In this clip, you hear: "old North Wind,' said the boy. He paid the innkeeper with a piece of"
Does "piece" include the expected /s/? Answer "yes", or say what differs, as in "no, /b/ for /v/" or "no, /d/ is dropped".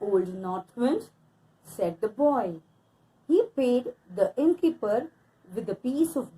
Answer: yes